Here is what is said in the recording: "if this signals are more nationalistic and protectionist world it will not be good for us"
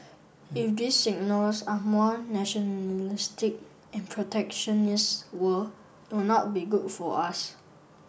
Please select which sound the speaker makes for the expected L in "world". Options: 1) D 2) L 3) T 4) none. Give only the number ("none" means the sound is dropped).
4